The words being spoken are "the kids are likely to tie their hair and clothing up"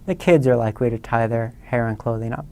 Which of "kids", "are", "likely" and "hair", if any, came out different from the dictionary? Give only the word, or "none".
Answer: none